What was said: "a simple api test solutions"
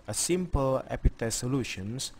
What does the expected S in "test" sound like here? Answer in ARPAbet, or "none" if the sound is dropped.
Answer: none